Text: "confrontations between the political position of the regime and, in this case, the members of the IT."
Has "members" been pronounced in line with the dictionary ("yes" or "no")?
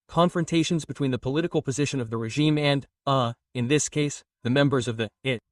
yes